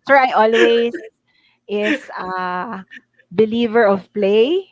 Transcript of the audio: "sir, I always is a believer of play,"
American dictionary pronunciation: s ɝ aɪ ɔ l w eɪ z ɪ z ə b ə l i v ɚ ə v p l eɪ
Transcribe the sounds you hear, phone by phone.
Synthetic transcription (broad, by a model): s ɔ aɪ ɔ l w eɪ s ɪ s ə b ə l i v ɚ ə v p l eɪ